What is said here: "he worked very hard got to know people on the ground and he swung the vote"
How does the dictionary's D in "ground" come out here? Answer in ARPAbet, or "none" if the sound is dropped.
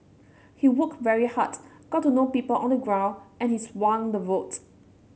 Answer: none